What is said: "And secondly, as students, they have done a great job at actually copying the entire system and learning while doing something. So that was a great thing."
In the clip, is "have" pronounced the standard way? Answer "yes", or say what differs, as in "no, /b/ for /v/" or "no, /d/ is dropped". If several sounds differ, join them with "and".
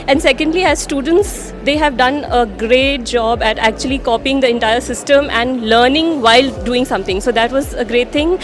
yes